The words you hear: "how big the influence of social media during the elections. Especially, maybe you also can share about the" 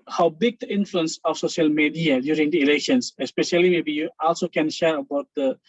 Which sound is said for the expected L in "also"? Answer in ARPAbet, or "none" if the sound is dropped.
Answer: L